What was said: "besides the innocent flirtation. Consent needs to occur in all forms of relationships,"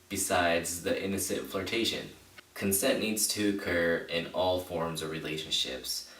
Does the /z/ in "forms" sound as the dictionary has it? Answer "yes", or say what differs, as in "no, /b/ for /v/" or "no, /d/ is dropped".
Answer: yes